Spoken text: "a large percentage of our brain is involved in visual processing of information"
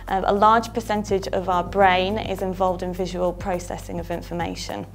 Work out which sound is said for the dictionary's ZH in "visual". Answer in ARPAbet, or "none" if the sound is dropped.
ZH